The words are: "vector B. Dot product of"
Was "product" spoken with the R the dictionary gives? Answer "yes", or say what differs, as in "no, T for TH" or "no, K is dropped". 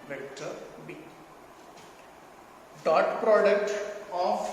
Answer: yes